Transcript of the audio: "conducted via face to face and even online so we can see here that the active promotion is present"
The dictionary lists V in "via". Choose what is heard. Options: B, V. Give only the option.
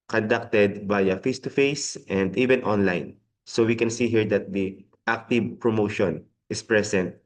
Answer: B